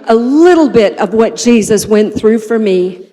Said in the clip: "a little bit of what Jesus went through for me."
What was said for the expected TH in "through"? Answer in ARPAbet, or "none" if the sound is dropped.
TH